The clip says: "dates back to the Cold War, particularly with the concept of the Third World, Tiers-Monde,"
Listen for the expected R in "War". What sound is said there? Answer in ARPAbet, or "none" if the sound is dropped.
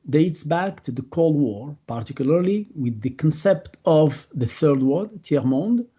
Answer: R